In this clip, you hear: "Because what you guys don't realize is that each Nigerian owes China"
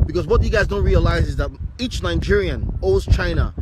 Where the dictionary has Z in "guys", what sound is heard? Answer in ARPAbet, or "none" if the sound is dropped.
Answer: Z